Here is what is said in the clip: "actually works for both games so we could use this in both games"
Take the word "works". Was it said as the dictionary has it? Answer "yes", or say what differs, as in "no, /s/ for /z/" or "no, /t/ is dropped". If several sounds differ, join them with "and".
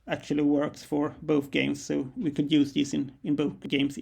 yes